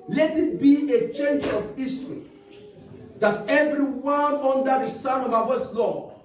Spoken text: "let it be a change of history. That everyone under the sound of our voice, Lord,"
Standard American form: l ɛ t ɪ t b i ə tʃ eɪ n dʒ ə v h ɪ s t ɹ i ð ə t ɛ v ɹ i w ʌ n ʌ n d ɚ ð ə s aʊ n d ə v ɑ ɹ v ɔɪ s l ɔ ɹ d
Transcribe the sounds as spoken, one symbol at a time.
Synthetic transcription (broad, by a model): l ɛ t ɪ t b i ə tʃ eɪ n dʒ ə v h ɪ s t ɹ i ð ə t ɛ v ɹ i w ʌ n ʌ n d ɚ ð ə s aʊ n ə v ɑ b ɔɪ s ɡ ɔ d